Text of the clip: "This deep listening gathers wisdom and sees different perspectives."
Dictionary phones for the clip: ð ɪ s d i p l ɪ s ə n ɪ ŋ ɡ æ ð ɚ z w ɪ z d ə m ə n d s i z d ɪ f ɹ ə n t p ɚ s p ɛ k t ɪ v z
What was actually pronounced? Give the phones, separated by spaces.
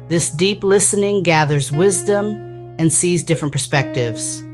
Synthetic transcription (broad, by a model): ð ɪ s d i p l ɪ s ə n ɪ ŋ ɡ æ ð ɚ z w ɪ z d ə m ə n s i z d ɪ f ɹ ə n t p ɚ s p ɛ k t ɪ v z